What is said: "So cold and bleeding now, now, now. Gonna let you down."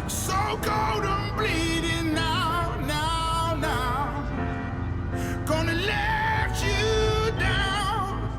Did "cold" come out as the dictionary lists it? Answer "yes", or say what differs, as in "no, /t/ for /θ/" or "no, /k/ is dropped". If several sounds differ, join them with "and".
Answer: no, /l/ is dropped